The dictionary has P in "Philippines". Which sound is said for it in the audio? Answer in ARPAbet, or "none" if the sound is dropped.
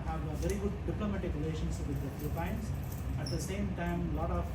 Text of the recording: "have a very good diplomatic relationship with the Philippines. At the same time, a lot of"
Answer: none